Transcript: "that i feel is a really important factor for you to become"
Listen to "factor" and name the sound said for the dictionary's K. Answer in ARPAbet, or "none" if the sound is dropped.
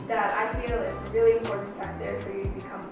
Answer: none